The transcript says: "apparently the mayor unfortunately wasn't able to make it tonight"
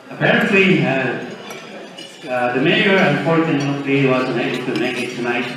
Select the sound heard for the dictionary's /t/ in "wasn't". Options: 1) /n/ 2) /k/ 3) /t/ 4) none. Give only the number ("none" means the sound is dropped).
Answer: 4